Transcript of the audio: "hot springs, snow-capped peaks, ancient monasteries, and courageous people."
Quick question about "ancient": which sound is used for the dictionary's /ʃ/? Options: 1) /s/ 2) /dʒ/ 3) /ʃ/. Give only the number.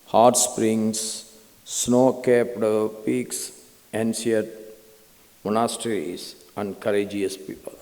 1